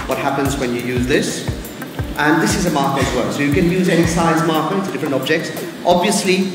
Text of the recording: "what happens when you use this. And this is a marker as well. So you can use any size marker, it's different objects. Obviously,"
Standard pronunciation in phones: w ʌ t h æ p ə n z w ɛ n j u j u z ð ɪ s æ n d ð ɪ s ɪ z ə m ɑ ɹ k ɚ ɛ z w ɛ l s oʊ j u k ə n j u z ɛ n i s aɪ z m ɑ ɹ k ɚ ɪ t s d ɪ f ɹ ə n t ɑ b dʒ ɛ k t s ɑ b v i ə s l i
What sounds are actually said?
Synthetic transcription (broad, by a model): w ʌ t h æ p ə n z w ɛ n j u j u z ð ɪ s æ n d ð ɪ s ɪ z ə m ɑ ɹ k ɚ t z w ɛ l s oʊ j u k ə n j u z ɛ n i s aɪ z m ɑ ɹ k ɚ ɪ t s d ɪ f ɹ ə n t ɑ b dʒ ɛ k t s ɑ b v i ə s l i